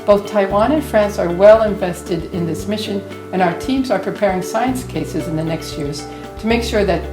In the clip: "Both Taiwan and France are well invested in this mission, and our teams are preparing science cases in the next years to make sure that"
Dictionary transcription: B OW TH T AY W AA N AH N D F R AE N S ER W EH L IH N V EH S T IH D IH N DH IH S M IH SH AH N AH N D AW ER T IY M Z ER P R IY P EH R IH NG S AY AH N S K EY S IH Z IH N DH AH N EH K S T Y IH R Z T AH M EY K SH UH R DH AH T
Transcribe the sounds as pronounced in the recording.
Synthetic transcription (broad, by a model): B OW TH T AY W AA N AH N F R AE N S ER W EH L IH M V EH S T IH D IH N DH IH S M IH SH AH N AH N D AW ER T IY M Z ER P R IY P EH R IH NG S AY AH N S K EY S IH Z IH N DH AH N EH K S T Y IH R Z T AH M EY K SH UH R DH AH T